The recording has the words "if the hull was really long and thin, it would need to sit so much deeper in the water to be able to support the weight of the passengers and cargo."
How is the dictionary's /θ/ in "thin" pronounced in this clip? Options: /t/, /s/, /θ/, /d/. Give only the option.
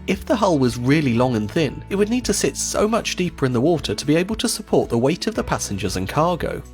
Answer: /θ/